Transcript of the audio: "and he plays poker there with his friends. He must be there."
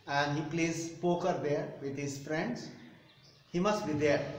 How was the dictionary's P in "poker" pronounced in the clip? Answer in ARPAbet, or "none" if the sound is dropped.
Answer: P